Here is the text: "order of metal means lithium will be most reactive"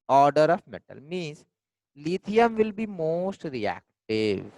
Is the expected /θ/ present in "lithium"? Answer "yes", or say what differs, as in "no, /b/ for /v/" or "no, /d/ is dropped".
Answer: no, /t/ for /θ/